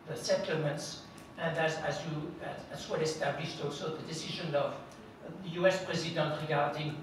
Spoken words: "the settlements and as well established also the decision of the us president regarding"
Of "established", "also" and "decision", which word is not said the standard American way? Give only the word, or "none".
none